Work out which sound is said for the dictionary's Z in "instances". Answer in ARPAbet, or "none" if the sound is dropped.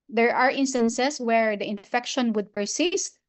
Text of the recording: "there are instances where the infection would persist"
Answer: S